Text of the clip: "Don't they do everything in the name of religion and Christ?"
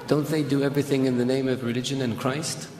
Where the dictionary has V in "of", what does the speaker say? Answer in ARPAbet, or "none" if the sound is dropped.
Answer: V